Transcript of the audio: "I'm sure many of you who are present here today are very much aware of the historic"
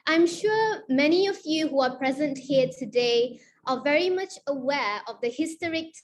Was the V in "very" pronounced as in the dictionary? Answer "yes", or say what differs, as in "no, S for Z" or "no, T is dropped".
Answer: yes